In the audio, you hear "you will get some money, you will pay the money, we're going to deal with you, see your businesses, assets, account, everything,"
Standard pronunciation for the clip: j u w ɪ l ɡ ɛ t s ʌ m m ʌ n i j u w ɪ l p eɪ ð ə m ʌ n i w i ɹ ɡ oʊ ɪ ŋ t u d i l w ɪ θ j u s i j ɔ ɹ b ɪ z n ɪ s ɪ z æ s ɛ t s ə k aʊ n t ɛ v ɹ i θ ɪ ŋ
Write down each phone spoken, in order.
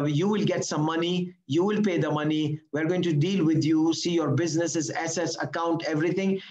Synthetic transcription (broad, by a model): j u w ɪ l ɡ ɛ t s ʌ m m ʌ n i j u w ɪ l p eɪ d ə m ʌ n i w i ɹ ɡ oʊ ɪ ŋ t u d i l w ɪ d j u s i j ɔ ɹ b ɪ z n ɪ s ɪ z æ s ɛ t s ə k aʊ n t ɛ v ɹ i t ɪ ŋ